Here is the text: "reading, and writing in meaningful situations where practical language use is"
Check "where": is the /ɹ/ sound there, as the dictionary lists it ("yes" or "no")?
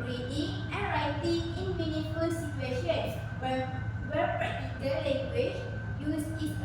no